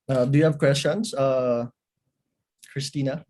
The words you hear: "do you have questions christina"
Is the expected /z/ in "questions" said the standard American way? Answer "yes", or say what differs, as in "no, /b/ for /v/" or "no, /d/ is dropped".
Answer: no, /s/ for /z/